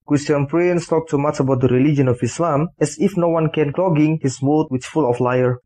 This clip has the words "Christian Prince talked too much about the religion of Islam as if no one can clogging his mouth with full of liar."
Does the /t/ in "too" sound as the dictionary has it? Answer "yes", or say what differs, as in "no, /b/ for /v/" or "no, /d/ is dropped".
no, /s/ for /t/